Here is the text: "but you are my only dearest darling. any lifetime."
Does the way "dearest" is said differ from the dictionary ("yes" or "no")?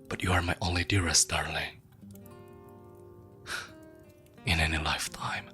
no